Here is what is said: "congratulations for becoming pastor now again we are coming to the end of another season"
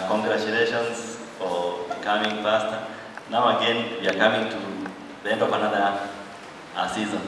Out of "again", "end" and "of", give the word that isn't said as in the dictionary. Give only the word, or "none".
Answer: of